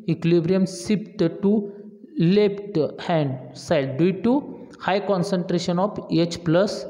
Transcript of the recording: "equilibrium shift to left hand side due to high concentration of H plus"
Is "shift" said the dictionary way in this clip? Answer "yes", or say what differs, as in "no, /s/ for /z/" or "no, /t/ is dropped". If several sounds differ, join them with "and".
no, /s/ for /ʃ/ and /p/ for /f/